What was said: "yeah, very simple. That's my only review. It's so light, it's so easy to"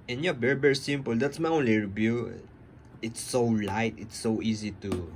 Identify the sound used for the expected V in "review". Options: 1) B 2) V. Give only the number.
1